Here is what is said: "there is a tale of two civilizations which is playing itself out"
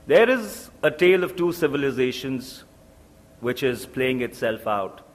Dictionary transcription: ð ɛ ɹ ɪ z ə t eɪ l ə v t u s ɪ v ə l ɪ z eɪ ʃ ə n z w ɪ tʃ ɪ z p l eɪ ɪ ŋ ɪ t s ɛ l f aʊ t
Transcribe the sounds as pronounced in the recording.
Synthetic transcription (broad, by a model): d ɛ ɹ ɪ z ə t eɪ l ə v t u s ɪ v ə l ɪ z eɪ ʃ ə n z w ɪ tʃ ɪ z p l eɪ ɪ ŋ ɪ t s ɛ l f aʊ t